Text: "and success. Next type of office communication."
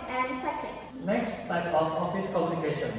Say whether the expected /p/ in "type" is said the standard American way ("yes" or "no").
no